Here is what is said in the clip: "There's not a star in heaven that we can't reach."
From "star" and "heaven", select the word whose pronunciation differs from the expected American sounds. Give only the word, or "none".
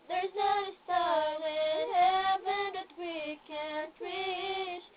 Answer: star